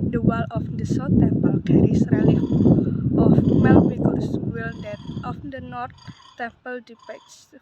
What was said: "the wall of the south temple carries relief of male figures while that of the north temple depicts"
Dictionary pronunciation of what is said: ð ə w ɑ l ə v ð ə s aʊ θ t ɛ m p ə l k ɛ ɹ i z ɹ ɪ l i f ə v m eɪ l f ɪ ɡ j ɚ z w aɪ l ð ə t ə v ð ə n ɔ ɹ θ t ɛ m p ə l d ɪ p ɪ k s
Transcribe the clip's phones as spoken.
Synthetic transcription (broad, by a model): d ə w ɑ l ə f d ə s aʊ t ɛ m p ə l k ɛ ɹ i s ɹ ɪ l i ə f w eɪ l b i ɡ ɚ s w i l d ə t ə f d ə n ɔ ɹ t t ɛ m p ə l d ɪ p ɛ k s